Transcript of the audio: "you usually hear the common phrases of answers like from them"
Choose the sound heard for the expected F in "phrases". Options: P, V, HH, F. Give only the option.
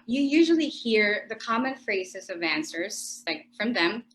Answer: F